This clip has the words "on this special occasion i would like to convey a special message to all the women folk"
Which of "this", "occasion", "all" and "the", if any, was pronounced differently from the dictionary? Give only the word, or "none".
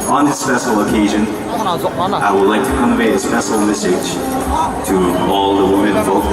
none